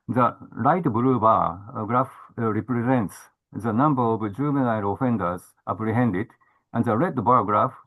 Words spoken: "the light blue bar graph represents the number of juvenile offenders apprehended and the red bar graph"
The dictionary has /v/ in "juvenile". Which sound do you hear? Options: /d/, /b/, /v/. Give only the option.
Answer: /b/